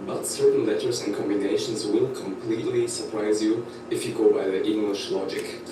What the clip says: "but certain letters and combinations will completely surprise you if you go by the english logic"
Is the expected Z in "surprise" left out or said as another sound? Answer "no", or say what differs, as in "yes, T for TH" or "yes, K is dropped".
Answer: no